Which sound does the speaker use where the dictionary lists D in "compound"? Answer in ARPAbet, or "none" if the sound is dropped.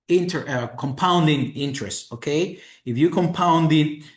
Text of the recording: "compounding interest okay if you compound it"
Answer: D